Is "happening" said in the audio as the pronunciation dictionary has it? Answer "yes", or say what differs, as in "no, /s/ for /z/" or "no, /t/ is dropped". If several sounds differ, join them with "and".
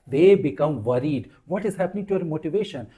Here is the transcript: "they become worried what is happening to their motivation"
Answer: yes